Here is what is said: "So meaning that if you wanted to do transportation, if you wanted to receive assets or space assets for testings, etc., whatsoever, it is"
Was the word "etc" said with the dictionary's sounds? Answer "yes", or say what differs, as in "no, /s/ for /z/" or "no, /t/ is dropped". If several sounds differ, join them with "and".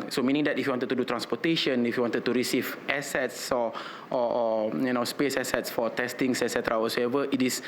yes